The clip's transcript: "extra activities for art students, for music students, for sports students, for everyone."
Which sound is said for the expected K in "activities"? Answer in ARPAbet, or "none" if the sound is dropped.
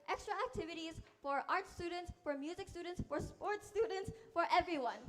K